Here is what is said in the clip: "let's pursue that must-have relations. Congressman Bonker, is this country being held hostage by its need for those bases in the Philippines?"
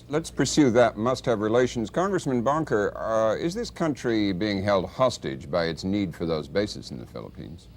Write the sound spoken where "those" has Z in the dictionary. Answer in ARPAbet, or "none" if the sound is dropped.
Z